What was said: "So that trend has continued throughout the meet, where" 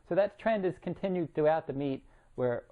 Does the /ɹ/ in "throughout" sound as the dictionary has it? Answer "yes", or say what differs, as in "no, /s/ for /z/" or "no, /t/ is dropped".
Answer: no, /ɹ/ is dropped